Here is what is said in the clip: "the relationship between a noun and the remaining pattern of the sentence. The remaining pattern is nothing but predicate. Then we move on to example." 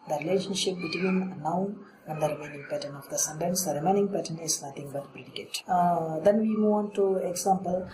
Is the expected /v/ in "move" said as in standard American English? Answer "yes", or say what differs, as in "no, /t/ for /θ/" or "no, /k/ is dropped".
no, /v/ is dropped